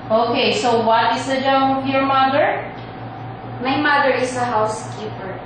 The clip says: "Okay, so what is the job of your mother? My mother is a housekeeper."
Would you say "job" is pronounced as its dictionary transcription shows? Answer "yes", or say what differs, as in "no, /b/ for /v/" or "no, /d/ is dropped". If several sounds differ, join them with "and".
no, /b/ is dropped